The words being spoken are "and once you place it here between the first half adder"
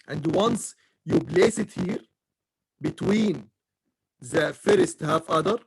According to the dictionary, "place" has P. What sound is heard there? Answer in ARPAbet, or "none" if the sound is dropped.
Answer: B